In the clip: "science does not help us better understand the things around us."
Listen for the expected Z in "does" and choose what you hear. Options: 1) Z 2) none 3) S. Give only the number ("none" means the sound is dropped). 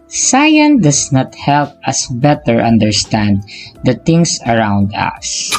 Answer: 3